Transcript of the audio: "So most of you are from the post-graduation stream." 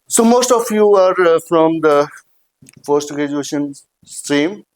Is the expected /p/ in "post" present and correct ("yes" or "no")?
no